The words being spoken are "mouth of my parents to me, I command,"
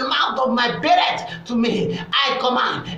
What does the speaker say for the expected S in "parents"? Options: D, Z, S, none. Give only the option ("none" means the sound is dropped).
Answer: none